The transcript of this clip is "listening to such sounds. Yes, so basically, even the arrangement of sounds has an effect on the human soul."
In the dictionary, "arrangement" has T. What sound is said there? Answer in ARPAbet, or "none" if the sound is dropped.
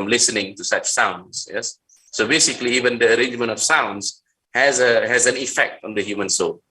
T